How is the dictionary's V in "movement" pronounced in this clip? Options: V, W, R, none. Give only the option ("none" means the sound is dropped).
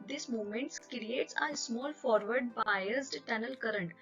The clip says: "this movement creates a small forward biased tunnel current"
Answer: none